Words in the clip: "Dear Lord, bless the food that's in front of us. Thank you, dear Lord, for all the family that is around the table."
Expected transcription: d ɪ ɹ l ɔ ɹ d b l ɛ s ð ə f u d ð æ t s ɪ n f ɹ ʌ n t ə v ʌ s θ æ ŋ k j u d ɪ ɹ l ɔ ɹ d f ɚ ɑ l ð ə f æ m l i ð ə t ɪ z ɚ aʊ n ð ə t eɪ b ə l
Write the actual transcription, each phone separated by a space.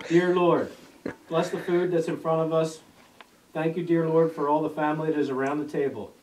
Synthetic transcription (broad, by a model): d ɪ ɹ l ɔ ɹ d b l ɛ s ð ə f u d ð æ t s ɪ n f ɹ ʌ t ə v ʌ s θ æ ŋ k j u d ɪ ɹ l ɔ ɹ d f ɚ ɑ l ð ə f æ m l i ð ə t ɪ z ɚ aʊ n ð ə t eɪ b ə l